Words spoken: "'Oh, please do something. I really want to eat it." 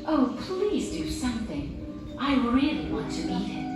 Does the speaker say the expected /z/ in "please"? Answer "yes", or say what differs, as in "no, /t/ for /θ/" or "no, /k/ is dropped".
yes